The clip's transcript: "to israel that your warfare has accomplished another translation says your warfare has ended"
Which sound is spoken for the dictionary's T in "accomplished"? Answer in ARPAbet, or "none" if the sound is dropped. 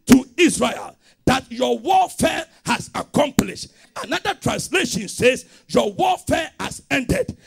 T